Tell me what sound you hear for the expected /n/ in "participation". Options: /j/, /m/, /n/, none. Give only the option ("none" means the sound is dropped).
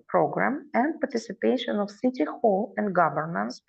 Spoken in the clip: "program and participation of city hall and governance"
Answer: /n/